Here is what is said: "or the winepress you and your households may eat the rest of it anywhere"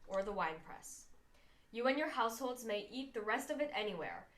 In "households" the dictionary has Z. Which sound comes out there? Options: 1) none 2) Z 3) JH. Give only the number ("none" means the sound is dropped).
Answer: 2